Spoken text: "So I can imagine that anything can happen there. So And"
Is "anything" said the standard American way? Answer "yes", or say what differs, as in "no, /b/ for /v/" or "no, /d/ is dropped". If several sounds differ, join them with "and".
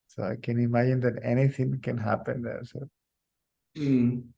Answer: no, /t/ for /θ/